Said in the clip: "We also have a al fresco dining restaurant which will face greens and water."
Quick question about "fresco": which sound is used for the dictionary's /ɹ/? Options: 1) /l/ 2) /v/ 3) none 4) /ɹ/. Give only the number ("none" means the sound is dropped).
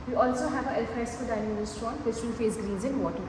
3